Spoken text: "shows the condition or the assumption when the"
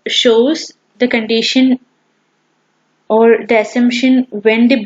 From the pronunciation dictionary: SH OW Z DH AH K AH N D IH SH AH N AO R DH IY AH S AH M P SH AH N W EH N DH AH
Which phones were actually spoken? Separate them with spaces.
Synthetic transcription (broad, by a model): SH OW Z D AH K AH N D IH SH AH N AO R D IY AH S AH M P SH AH N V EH N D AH